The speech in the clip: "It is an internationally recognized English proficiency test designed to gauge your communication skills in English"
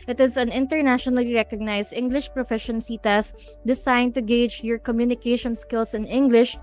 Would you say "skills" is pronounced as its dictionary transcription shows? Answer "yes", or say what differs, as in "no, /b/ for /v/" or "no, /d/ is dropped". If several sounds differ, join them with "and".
no, /s/ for /z/